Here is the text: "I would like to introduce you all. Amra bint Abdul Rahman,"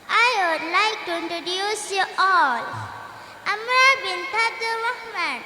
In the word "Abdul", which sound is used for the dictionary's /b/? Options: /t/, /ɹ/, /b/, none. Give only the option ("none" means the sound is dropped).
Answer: none